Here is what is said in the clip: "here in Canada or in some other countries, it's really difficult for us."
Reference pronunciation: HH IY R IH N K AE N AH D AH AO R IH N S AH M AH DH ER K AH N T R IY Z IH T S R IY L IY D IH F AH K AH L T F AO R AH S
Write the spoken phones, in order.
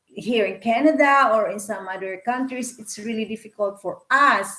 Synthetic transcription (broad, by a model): HH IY R IH N K AE N AH D AH AO R IH N S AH M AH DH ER K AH N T R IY S IH T S R IY L IY D IH F AH K AH L T F AO R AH S